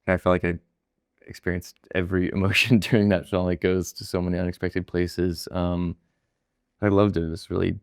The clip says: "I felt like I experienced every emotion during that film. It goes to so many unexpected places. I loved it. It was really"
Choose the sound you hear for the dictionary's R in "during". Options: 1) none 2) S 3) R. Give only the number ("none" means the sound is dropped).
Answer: 1